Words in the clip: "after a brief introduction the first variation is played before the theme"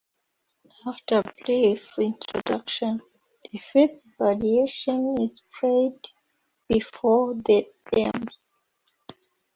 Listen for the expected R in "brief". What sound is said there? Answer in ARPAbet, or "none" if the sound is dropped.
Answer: L